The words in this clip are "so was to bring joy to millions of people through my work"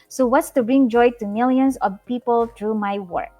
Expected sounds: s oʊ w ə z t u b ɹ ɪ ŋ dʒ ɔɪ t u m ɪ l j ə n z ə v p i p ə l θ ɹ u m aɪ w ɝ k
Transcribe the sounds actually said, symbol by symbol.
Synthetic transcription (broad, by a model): s oʊ w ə s t u b ɹ ɪ ŋ dʒ ɔɪ t u m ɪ l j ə n s ə v p i p ə l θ ɹ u m aɪ w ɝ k